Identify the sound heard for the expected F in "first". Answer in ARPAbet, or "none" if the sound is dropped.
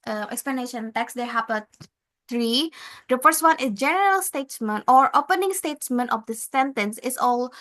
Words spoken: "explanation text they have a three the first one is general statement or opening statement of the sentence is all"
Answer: P